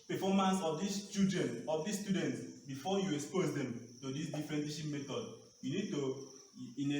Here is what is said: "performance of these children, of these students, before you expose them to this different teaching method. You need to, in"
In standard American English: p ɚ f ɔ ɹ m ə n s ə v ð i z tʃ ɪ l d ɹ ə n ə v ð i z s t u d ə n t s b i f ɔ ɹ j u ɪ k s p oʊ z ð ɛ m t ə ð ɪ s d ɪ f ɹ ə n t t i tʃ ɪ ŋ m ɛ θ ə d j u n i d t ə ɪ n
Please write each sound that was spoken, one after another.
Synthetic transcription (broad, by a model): p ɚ f ɔ m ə n s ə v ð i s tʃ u d ə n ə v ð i s t u d ə n t s b i f ɔ j u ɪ k s p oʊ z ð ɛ m t ə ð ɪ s d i f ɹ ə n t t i ʃ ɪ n m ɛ t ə d j u n i d t ə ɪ n